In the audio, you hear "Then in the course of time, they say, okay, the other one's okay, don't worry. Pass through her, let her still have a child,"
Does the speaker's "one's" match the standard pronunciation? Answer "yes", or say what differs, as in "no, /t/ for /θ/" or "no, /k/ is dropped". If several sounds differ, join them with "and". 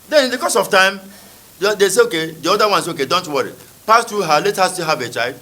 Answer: no, /s/ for /z/